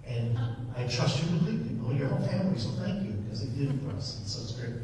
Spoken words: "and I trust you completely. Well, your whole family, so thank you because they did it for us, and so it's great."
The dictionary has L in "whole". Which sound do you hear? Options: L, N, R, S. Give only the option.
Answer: N